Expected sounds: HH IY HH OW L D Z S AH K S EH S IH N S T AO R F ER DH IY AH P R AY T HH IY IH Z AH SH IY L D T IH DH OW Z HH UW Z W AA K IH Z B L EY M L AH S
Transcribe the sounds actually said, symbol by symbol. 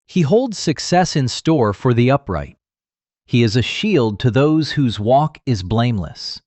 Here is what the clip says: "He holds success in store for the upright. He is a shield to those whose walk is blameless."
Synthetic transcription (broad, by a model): HH IY HH OW L D Z S AH K S EH S IH N S T AO R F ER DH IY AH P R AY T HH IY IH Z AH SH IY L D T IH DH OW Z HH UW Z W AA K IH Z B L EY M L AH S